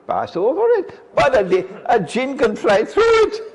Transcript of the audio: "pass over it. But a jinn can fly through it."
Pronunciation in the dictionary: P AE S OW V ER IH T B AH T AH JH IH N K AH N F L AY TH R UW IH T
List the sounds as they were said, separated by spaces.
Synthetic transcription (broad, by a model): P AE S OW V ER IH T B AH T AH JH IH N K AH N F L AY TH R UW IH T